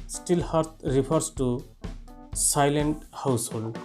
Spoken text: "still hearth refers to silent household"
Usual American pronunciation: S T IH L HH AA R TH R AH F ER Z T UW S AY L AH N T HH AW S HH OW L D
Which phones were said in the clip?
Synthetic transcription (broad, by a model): S T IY L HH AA R T R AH P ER S T UW S AY L AH N T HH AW S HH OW L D